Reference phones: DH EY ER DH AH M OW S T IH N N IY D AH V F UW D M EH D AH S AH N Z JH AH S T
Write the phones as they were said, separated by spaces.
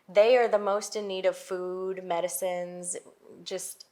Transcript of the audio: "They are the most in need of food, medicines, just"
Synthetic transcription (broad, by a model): DH EY ER DH AH M OW S T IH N N IY D AH V F UW D M EH D AH S AH N Z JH AH S T